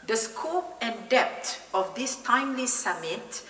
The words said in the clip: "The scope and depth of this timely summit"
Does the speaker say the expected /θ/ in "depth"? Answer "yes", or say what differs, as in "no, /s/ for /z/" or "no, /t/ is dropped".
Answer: no, /t/ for /θ/